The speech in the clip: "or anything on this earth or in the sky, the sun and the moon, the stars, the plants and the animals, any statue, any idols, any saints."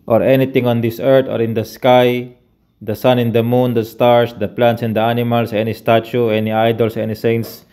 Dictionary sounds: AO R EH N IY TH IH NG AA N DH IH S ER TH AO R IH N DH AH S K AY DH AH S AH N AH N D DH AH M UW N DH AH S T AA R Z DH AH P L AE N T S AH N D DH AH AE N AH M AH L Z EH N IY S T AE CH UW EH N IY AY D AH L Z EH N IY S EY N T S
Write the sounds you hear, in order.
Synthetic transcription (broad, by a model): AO R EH N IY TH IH NG AA N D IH S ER T AO R IH N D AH S K AY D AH S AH N AH N D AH M UW N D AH S T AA R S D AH P L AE N T S AH N D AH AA N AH M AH L S EH N IY S T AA CH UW EH N IY AY D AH L S EH N IY S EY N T S